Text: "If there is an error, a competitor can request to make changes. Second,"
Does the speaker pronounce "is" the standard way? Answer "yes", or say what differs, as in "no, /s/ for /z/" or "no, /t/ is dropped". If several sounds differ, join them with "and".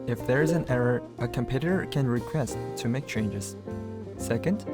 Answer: yes